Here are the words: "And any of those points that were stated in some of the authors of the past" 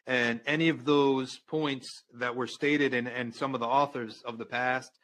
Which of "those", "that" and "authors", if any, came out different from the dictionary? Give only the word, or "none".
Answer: none